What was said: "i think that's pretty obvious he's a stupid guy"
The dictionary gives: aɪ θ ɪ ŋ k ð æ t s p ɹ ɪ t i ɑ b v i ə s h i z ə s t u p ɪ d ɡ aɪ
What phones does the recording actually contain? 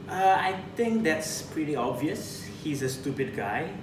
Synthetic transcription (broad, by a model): aɪ t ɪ ŋ k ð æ t s p ɹ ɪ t i ɑ b v i ə s h i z ə s t u p ɪ d ɡ aɪ